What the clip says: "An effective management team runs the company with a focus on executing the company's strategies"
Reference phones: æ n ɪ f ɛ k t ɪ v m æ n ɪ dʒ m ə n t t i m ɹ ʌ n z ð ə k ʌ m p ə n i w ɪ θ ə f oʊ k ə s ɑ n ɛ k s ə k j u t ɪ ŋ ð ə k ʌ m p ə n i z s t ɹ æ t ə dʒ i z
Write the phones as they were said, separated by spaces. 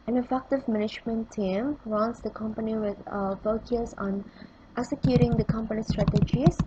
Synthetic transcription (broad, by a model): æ n ɪ f ɛ k t ɪ v m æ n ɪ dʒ m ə n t t i m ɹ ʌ n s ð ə k ʌ m p ə n i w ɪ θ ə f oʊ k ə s ɑ n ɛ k s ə k j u t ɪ ŋ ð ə k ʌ m p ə n i s t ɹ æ t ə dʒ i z